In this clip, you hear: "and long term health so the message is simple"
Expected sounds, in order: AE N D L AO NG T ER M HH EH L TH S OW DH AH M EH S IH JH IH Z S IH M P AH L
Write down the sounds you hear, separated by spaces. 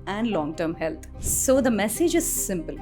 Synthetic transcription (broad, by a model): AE N D L AO NG T ER M HH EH L T S OW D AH M EH S IH JH IH Z S IH M P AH L